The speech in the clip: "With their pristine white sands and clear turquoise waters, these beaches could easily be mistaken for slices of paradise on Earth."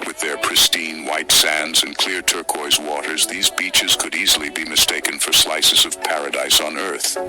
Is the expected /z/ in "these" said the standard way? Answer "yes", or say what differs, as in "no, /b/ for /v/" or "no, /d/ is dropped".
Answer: yes